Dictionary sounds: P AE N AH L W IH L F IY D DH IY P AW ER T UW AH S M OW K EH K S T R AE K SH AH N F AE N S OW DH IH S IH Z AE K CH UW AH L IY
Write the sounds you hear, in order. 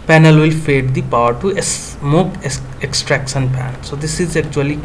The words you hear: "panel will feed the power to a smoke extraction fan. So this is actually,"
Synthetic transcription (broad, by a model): P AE N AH L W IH L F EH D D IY P AW ER T UW AH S M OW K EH K S T R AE K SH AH N P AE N S OW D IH S IH Z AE K CH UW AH L IY